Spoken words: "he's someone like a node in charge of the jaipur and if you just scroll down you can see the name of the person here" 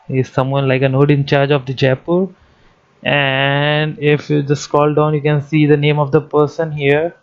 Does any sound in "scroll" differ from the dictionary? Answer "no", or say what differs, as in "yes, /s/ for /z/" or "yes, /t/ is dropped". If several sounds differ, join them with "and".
yes, /ɹ/ is dropped